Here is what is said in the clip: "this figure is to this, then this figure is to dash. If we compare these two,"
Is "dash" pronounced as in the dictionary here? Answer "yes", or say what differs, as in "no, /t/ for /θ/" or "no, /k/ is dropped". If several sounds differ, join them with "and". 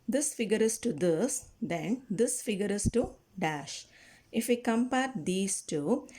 yes